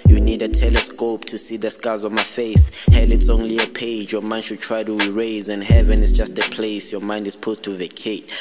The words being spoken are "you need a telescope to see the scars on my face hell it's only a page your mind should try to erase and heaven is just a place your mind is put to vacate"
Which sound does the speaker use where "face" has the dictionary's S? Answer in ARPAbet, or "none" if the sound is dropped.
S